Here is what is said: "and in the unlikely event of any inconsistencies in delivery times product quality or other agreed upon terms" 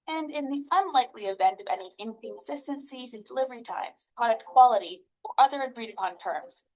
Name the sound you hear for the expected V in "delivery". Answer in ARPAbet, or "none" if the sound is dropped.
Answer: V